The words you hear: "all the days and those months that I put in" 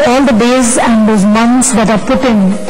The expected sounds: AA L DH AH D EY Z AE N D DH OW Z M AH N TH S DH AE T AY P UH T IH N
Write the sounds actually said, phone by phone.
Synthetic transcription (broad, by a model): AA L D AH D EY Z AE N D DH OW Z M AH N T S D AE T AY P UH T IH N